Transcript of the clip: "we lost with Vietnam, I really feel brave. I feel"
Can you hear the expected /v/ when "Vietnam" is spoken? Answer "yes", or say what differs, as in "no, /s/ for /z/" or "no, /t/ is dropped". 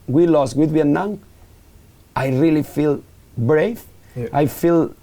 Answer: no, /w/ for /v/